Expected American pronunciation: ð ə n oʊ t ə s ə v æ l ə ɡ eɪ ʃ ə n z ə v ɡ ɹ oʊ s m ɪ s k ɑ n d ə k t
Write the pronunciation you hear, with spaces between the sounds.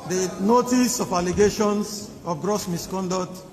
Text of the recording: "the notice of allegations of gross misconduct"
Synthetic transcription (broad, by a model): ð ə n oʊ t ə s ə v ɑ l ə ɡ eɪ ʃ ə n s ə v ɡ ɹ oʊ s m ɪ s k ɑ n d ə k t